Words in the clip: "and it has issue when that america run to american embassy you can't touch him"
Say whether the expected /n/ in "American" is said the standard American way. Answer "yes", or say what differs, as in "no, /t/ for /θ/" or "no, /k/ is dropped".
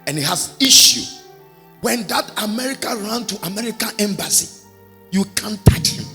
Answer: yes